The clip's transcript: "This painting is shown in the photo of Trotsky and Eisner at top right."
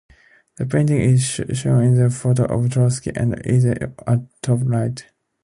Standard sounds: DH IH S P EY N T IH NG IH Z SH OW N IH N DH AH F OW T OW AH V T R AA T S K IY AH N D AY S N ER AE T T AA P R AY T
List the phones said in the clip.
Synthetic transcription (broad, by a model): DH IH P EY N T IH NG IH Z SH OW N IH N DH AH F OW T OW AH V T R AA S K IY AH N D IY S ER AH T T AA P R AY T